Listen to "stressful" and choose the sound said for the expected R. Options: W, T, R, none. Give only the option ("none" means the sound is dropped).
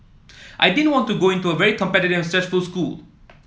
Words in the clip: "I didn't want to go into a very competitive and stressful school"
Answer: none